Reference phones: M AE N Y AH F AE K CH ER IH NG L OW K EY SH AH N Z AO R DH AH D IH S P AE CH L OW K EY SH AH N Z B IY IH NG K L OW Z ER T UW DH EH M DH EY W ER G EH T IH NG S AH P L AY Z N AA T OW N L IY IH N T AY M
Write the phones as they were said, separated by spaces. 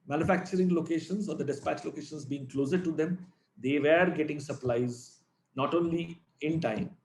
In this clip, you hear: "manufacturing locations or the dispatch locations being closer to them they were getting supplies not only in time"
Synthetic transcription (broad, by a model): M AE N Y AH F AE K CH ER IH NG L OW K EY SH AH N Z AO R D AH D IH S P AE CH L OW K EY SH AH N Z B IY IH NG K L OW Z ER T UW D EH M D EY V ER G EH T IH NG S AH P L AY Z N AA T OW N L IY IH N T AY M